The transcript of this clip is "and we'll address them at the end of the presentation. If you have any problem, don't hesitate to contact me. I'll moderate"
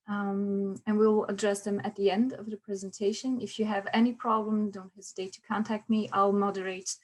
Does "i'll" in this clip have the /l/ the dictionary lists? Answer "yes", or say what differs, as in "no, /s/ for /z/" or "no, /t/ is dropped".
yes